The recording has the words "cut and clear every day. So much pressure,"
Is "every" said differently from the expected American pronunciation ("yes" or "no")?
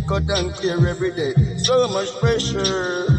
yes